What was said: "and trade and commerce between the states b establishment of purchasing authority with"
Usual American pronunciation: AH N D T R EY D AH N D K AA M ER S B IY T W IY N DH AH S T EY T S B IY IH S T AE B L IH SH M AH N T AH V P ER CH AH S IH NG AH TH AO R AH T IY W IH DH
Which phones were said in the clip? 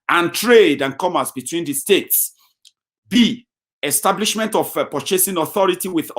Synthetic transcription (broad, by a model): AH N T R EY D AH N K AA M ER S B IY T W IY N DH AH S T EY T S B IY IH S T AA B L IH SH M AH N T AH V P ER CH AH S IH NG AH TH AO R AH T IY W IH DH